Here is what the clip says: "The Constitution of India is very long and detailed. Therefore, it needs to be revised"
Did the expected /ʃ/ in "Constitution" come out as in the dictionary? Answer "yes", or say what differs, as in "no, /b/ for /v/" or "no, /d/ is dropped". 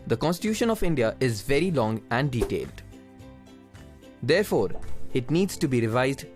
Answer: yes